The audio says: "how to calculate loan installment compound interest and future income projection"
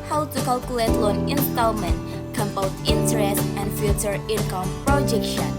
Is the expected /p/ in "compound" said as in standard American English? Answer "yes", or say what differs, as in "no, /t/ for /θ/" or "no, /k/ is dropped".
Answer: no, /b/ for /p/